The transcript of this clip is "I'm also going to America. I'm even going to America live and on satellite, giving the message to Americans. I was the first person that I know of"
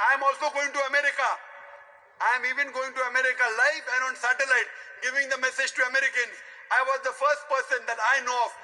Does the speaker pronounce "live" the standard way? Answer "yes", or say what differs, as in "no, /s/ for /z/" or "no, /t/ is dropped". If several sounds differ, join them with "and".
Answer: no, /f/ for /v/